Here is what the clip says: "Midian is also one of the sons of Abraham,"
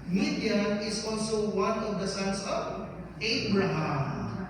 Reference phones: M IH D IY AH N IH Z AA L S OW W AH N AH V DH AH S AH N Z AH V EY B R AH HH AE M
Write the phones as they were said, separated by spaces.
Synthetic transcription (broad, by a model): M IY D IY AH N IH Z AA L S OW W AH N AH V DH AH S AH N S AH V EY B R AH HH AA M